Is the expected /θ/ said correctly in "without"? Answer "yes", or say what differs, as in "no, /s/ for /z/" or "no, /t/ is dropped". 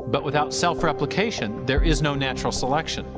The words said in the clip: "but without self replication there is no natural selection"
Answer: yes